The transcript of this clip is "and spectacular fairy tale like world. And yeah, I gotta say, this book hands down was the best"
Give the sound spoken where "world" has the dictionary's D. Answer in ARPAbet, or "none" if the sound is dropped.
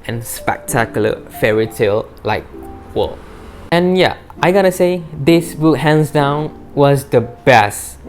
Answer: none